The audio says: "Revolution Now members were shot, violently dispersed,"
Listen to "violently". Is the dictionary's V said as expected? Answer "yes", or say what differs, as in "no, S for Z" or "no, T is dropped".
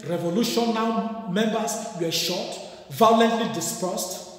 yes